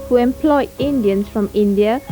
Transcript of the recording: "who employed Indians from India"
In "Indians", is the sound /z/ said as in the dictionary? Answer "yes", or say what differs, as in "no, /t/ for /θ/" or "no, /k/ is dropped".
no, /s/ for /z/